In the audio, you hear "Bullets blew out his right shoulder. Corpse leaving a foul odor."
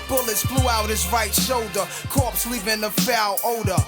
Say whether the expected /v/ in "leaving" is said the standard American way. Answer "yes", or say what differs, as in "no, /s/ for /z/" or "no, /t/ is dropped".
no, /p/ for /v/